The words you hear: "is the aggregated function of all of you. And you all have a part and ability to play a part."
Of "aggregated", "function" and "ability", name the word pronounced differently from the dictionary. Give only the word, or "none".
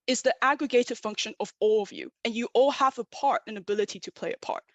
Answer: none